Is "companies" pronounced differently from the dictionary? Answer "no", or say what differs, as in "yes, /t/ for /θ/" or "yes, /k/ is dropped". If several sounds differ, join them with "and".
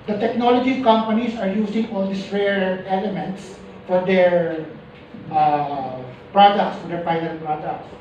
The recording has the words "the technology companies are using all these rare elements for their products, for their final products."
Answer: yes, /s/ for /z/